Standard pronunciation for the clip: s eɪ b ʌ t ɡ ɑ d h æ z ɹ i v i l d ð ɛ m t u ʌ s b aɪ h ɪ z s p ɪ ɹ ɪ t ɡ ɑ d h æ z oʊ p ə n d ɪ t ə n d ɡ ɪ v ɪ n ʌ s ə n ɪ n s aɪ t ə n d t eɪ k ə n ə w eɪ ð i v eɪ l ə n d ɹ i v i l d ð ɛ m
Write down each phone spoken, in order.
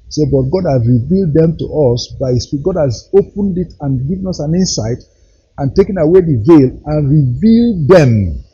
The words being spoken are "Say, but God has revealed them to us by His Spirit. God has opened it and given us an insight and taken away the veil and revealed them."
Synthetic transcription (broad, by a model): s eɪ b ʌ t ɡ ɑ d h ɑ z ɹ i v i l d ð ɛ m t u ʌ s b aɪ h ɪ s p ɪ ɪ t ɡ ɑ d h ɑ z oʊ p ə n d ɪ t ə n ɡ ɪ v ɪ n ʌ s ə n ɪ n s aɪ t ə n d t eɪ k ə n ə w eɪ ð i v eɪ l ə n ɹ i v i l d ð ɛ m